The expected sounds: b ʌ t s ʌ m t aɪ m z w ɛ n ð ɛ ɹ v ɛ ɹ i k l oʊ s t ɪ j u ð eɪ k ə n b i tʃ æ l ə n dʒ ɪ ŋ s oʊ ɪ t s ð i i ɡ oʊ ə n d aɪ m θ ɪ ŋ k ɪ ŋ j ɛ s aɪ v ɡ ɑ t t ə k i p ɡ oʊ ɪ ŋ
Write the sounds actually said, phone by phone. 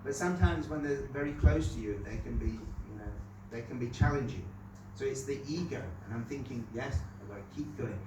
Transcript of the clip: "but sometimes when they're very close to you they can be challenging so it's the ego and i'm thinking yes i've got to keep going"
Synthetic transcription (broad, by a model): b ʌ t s ʌ m t aɪ m z w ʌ n ð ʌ ɹ v ɛ ɹ i k l oʊ s t ɪ j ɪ ð eɪ k ə n b i tʃ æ l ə n dʒ ɪ ŋ s oʊ ɪ t s ð i i ɡ oʊ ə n aɪ m θ ɪ ŋ k ɪ ŋ j ɛ s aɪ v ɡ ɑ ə k i p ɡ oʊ ɪ ŋ